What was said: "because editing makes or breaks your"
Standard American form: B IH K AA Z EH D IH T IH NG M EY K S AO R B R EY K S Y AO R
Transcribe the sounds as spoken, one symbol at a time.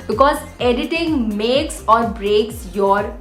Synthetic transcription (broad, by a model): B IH K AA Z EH D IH T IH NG M EY K S AO R B R EY K S Y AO R